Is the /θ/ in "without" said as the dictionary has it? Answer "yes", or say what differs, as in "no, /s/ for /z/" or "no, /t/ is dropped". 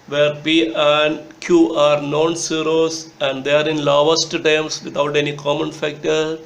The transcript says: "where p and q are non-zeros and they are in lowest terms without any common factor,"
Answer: no, /t/ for /θ/